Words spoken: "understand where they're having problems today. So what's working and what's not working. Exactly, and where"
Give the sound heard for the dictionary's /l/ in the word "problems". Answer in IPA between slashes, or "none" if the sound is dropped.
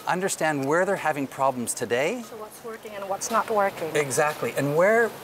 /l/